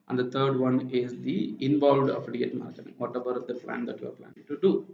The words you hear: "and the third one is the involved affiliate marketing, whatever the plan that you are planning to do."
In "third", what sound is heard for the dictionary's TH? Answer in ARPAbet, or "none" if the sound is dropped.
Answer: T